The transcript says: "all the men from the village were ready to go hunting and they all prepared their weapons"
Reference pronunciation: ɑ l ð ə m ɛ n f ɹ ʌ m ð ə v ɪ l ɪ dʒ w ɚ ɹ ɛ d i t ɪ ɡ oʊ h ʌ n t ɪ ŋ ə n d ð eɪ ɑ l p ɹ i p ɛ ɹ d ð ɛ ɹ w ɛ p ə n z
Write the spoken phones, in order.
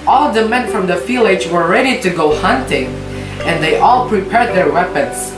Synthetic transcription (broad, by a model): ɑ l ð ə m ɛ n f ɹ ʌ m ð ə f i l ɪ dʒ w ɚ ɹ ɛ d i t ɪ ɡ oʊ h ʌ n t ɪ ŋ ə n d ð eɪ ɑ l p ɹ i p ɛ ɹ d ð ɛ ɹ w ɛ p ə n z